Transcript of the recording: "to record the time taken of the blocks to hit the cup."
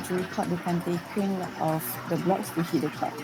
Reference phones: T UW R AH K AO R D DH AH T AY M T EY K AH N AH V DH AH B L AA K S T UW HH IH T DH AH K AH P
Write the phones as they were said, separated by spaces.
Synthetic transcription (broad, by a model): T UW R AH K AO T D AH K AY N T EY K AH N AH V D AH B L AA K S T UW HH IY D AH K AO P